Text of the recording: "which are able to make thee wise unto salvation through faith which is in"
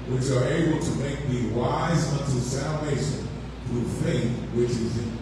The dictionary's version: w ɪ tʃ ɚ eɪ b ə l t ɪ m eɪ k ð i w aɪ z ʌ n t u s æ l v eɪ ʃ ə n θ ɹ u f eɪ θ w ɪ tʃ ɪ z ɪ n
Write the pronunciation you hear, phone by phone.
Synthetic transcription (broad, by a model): w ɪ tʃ ɚ eɪ b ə l t ɪ m eɪ k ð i w aɪ z ʌ n t u s æ l v eɪ ʃ ə n θ ɹ u f eɪ θ w ɪ tʃ ɪ z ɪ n